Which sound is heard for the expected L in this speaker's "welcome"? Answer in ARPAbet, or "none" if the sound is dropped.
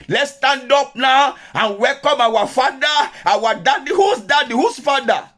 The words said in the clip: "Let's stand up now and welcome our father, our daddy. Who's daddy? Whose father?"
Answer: L